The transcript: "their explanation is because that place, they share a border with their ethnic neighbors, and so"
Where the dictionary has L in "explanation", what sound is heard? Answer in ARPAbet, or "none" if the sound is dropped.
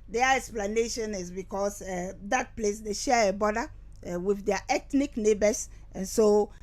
L